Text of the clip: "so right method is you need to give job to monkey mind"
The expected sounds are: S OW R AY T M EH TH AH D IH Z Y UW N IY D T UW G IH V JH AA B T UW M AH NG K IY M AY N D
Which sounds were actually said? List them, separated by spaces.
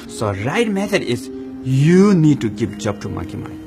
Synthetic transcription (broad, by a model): S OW R AY T M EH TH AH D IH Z Y UW N IY D T UW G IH P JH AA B T UW M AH K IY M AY